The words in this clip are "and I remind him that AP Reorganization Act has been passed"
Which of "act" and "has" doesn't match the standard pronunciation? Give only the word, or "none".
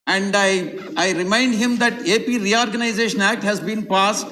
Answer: none